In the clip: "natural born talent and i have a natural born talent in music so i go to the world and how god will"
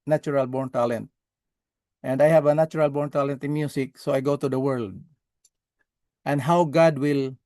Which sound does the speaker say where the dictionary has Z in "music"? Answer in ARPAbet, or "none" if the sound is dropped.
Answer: S